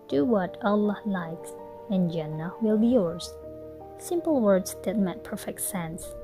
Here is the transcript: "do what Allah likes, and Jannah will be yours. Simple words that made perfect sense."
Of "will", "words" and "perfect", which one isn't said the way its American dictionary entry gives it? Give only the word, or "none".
none